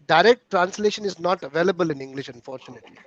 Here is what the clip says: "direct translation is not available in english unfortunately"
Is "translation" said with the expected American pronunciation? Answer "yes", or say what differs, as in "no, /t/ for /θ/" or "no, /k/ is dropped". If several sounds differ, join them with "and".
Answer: yes